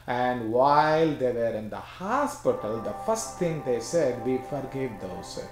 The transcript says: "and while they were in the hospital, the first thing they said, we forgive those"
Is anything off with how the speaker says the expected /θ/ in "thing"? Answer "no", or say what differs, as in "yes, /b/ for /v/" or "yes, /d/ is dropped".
yes, /t/ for /θ/